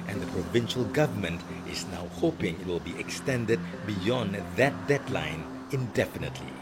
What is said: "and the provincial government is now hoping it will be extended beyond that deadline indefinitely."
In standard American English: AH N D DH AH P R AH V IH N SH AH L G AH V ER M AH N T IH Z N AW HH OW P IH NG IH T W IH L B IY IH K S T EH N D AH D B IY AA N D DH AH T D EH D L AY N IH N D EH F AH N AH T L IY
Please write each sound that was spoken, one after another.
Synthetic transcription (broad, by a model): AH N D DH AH P R AH V IH N SH AH L G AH V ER M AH N T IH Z N AW HH OW P IH NG IH T W IH L B IY IH K S T EH N D AH D B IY AA N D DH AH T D EH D L AY N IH N D EH F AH N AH T L IY